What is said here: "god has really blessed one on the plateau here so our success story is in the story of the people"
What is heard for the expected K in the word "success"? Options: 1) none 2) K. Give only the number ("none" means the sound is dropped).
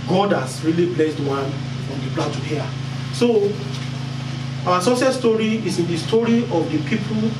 1